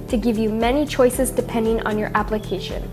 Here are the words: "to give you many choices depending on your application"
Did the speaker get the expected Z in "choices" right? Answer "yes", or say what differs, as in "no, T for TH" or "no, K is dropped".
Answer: yes